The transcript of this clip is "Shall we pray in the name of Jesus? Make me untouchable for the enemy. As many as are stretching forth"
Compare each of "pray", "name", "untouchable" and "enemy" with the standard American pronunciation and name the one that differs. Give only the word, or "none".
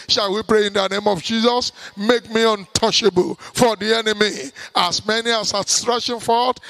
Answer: untouchable